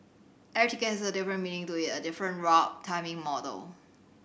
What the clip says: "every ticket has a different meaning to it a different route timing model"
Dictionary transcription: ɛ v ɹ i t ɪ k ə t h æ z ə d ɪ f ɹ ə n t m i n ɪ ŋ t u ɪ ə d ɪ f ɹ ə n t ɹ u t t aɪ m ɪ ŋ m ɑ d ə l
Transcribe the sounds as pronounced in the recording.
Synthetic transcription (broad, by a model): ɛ ɹ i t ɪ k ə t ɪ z ə d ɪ f ɹ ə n m i n ɪ ŋ t u ɪ ə d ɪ f ɹ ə n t ɹ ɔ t t aɪ m ɪ ŋ m ɑ d ə l